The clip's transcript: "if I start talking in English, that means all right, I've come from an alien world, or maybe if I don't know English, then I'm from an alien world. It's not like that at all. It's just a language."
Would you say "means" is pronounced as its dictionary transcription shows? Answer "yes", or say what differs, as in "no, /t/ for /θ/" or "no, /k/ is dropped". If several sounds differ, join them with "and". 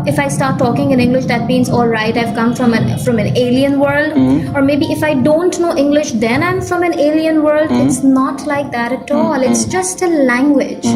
yes